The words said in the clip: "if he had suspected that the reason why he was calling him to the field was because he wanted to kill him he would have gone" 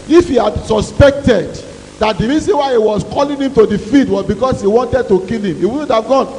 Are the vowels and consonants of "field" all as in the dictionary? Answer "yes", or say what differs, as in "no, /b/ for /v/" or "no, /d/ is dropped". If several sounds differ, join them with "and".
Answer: no, /l/ is dropped